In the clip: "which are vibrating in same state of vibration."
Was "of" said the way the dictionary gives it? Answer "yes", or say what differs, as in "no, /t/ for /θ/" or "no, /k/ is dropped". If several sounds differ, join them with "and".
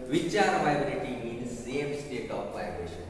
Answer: no, /p/ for /v/